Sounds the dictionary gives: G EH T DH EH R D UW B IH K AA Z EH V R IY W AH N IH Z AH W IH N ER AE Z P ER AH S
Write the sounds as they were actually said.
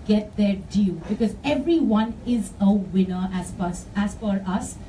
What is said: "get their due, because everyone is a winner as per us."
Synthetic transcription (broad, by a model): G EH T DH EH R D UW B IH K AA Z EH V R IY W AH N IH Z AH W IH N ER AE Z F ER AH S